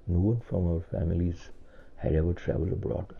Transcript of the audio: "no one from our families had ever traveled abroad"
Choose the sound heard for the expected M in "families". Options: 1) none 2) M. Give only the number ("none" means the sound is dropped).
2